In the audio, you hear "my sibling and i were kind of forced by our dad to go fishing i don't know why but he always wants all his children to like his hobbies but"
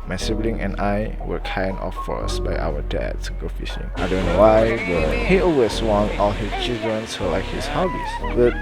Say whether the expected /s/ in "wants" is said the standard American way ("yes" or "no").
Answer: no